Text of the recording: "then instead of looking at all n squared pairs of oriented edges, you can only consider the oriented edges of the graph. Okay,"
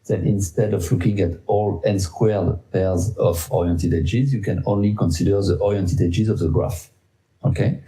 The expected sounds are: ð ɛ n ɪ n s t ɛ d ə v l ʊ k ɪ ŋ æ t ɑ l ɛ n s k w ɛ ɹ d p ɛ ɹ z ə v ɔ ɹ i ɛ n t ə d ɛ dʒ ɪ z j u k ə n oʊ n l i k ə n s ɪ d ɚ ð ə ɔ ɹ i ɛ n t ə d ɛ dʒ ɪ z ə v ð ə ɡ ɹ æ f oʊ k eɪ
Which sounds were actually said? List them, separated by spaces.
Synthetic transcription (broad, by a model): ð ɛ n ɪ n s t ɛ d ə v l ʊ k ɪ ŋ æ t ɑ l ɛ n s k w ɛ ɹ d p ɛ ɹ z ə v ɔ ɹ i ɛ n t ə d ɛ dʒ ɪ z j u k ə n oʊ n l i k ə n s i d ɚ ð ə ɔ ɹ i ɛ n t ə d ɛ dʒ ɪ z ə v ð ə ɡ ɹ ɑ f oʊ k eɪ